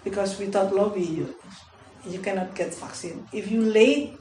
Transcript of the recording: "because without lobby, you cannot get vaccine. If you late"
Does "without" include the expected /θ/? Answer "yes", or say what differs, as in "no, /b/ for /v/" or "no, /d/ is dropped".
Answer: no, /t/ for /θ/